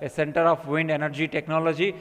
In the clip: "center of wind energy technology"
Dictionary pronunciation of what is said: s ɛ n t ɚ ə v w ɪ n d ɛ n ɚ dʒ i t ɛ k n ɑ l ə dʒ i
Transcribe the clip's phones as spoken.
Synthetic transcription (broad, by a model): s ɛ n t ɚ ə p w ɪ n d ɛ n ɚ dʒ i t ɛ k n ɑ l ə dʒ i